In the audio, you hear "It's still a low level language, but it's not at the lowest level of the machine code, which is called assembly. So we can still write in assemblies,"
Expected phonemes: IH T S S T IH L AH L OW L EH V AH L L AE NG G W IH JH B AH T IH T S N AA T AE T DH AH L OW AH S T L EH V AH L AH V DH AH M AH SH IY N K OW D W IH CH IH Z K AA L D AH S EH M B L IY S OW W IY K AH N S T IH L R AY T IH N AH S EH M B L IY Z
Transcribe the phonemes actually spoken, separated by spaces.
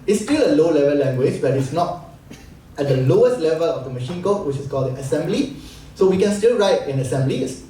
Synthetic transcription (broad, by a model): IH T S S T IH L AH L OW L EH V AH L L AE NG G W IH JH B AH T IH T S N AA T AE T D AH L OW AH S T L EH V AH L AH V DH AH M AH SH IY N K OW W IH CH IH S K AA L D AH S EH M B L IY S OW W IY K AH N S T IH L R AY T IH N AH S EH M B L IY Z